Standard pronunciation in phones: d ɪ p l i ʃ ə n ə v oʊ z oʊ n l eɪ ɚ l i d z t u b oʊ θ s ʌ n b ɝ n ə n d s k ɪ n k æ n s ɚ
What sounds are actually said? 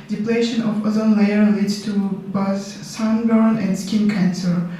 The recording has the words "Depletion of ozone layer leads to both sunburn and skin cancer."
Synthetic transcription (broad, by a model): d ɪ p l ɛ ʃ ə n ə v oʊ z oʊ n l eɪ ɚ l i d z t u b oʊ s s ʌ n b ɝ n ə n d s k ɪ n k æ n s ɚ